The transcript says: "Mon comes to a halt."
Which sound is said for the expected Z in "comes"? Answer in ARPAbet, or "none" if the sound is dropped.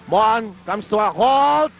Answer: S